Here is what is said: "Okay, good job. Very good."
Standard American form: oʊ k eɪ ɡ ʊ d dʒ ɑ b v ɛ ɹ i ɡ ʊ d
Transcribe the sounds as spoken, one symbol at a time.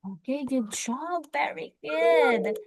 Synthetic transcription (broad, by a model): oʊ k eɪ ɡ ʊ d ʃ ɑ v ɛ ɹ i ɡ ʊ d